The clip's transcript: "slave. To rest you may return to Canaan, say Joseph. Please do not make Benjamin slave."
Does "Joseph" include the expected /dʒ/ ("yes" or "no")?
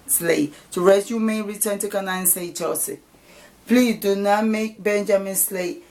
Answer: no